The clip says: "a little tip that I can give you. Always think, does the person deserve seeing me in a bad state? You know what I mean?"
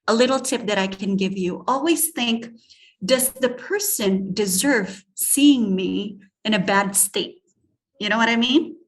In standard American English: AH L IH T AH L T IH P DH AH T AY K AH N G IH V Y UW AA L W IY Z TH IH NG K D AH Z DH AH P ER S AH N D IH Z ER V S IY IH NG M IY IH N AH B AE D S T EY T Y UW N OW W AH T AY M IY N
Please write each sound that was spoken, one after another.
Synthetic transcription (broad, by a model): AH L IH T L T IH P DH AH T AY K AH N G IH V Y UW AA L W IY Z TH IH NG K D AH Z DH AH P ER S AH N D IH Z ER V S IY IH NG M IY IH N AH B AE D S T EY T Y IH N OW W AH T AY M IY N